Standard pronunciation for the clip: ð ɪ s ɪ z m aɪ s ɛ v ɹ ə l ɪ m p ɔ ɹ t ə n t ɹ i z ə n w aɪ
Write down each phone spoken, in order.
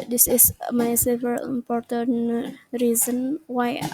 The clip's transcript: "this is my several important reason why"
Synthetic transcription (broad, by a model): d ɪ s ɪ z m aɪ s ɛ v ə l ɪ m p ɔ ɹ t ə n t ɹ i z ə n w aɪ